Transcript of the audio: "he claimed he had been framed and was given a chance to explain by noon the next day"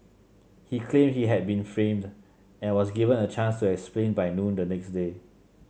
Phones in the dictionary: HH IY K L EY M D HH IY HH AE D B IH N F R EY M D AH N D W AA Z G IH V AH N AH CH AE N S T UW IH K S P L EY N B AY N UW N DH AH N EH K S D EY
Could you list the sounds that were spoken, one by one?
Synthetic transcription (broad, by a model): HH IY K L EY M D HH IY HH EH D B IH N F R EY M D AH N W AA S G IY V AH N AH CH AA N S T UW IH K S P L EY N B AY N UW N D AH N EH K S D EY